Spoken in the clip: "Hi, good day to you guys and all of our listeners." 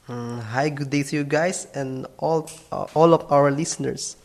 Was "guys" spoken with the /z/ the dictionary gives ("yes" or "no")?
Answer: no